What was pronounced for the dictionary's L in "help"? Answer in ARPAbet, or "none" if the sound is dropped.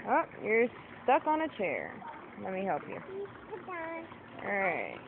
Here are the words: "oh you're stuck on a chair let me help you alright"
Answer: L